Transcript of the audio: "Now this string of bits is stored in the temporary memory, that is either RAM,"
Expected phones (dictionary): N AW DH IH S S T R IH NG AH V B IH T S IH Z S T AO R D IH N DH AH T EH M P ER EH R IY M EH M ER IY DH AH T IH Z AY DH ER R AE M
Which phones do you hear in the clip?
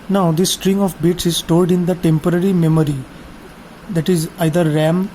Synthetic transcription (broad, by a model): N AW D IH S S T R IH NG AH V B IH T S IH Z S T AO L D IH N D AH T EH M P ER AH R IY M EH M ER IY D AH T IH Z AY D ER R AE M